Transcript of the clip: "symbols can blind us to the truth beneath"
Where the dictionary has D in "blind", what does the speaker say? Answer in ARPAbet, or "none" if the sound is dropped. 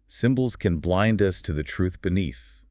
D